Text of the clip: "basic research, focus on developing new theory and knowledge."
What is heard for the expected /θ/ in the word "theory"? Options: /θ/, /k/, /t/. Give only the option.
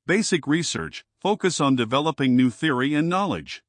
/θ/